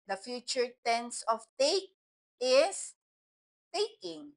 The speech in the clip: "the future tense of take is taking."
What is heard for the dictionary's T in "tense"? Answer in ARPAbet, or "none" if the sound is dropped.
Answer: T